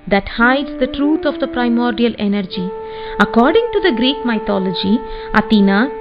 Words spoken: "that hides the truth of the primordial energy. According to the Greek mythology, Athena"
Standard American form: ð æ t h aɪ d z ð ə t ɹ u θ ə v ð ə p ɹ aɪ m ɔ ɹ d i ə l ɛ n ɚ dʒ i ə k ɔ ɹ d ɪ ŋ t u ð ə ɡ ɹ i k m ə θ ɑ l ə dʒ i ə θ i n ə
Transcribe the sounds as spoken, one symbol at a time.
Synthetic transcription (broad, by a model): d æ t h aɪ d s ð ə t ɹ u t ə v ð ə p ɹ aɪ m ɔ ɹ d i ə l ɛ n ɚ dʒ i ə k ɔ ɹ d ɪ ŋ t u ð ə ɡ ɹ i k m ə t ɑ l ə dʒ i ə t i n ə